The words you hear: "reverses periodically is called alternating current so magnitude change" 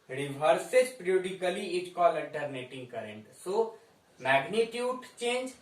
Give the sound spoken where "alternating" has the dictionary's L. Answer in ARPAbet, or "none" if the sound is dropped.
none